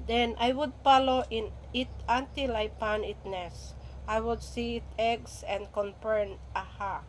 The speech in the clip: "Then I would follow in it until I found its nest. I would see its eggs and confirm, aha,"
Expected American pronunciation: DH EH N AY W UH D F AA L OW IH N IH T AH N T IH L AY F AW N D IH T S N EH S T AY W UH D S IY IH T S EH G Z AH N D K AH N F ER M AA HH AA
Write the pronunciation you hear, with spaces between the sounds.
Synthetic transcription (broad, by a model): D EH N AY W UH D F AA L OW IH N IH T AH N T IH L AY P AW N IH T N EH S T AY W UH D S IY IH T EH G S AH N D K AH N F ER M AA HH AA